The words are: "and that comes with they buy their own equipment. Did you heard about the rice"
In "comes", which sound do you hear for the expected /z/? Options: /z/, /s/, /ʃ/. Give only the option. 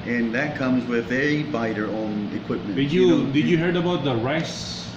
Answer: /z/